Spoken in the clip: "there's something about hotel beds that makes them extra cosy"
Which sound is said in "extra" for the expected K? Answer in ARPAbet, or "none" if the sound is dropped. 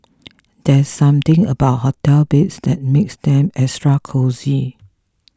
none